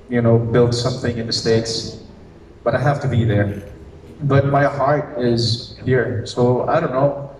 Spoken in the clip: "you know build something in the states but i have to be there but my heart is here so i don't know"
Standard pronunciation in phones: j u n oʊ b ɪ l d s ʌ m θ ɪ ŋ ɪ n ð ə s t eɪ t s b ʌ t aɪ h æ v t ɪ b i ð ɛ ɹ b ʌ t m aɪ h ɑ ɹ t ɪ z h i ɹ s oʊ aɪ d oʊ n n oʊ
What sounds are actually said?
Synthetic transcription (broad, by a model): j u n oʊ b ɪ l d s ʌ m θ ɪ ŋ ɪ n ð ə s t eɪ t s b ʌ t aɪ h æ f t ɪ b i ð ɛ ɹ b ʌ t m aɪ h ɑ ɹ t ɪ z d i ɹ s oʊ aɪ d oʊ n n oʊ